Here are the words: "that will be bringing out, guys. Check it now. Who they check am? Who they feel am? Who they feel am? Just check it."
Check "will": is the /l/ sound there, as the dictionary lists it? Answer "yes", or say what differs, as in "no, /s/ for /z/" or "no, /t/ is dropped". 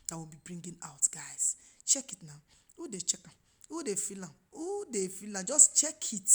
no, /n/ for /l/